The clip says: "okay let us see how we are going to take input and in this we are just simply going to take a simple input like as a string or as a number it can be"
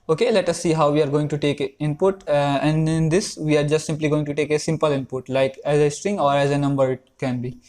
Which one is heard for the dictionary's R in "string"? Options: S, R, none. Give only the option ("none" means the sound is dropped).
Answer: R